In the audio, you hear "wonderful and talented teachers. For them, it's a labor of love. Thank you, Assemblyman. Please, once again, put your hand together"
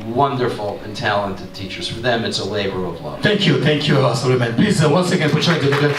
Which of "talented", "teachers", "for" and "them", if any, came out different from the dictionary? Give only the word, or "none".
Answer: none